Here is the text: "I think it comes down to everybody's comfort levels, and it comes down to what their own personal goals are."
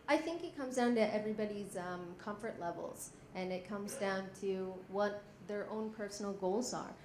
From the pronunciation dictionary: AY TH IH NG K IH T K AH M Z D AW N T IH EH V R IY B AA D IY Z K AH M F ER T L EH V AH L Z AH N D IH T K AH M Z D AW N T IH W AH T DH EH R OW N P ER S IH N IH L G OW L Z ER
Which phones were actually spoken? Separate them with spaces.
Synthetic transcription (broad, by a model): AY TH IH NG K IH T K AH M Z D AW N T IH EH V R IY B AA D IY Z K AH M F ER T L EH V L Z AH N IH T K AH M Z D AW N T IH W AH T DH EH R OW N P ER S N L G OW L Z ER